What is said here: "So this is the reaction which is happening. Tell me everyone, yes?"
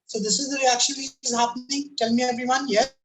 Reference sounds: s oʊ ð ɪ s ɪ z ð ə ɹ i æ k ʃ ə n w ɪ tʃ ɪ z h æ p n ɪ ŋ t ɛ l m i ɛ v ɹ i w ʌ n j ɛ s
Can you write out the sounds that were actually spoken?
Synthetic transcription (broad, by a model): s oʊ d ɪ s ɪ z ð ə ɹ i æ k ʃ ə n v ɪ ɪ z h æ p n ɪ ŋ t ɛ l m i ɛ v ɹ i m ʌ n j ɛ